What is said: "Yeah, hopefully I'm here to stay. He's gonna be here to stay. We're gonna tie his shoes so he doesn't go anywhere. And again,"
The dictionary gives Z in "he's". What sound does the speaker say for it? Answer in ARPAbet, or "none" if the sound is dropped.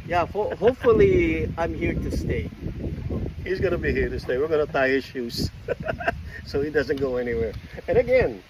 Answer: Z